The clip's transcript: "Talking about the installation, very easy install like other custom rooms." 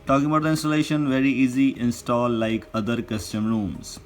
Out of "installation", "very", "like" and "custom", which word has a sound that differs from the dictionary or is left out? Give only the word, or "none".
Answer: none